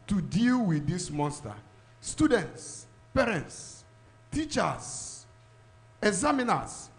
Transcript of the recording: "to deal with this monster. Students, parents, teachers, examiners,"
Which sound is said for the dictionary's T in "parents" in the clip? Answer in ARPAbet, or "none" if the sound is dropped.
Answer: T